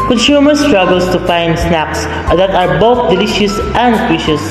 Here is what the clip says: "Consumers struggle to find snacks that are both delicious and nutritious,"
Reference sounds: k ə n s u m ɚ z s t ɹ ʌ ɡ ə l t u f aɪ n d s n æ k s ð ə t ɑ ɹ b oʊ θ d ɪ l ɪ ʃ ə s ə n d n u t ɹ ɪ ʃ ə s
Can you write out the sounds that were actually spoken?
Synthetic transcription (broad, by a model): k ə n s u m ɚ s t ɹ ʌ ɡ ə l t u f aɪ n d s n æ k s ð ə t ɑ ɹ b oʊ θ d ɪ l ɪ ʃ ə s ə n d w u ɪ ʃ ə s